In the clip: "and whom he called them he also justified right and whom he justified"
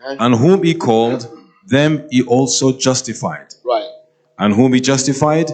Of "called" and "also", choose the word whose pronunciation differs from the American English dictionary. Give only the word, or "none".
none